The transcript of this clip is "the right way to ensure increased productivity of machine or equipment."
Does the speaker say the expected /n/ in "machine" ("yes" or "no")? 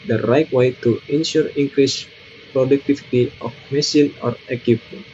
no